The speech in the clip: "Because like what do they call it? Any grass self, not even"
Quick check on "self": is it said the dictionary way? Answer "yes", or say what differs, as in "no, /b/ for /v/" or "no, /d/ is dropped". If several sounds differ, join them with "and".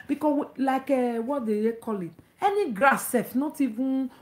no, /l/ is dropped